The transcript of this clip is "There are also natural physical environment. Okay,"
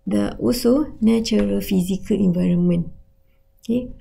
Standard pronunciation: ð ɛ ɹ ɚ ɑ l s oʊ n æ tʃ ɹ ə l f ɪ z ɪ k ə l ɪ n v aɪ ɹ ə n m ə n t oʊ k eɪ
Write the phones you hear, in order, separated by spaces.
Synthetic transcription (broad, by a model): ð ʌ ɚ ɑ s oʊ n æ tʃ ɹ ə l f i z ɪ k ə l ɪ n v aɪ ɹ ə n m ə n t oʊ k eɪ